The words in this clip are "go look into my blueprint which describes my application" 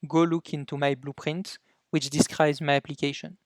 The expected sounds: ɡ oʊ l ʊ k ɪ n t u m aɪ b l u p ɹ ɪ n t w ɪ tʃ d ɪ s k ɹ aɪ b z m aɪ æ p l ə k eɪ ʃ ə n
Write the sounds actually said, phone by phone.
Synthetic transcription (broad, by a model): ɡ oʊ l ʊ k ɪ n t u m aɪ b l u p ɹ ɪ n t w ɪ tʃ d ɪ s k ɹ aɪ b z m aɪ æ p l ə k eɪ ʃ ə n